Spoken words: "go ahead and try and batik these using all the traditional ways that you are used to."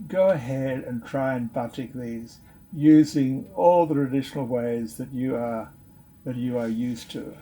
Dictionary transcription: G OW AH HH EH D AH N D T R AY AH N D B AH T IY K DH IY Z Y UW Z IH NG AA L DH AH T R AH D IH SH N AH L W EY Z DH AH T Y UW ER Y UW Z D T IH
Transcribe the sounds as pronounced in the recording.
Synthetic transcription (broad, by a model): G OW AH HH EH D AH N T R AY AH N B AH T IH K DH IY Z Y UW Z IH NG AA L DH AH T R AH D IH SH N L W EY Z DH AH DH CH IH ER Y UW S T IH